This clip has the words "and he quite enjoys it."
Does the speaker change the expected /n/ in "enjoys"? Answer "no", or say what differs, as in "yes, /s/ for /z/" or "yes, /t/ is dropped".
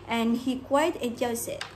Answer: yes, /n/ is dropped